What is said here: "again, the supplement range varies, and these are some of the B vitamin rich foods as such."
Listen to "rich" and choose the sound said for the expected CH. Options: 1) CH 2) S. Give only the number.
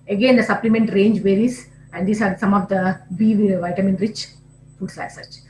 1